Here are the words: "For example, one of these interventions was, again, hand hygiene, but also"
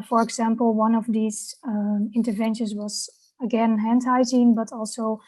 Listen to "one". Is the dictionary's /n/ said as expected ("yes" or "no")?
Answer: yes